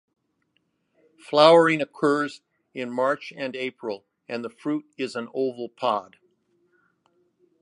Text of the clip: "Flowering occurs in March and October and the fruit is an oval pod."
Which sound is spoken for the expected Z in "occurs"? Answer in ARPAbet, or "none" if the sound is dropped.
Z